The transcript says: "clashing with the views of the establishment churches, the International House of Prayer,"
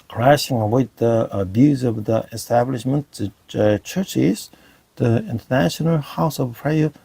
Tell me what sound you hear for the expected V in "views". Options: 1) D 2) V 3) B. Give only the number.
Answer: 3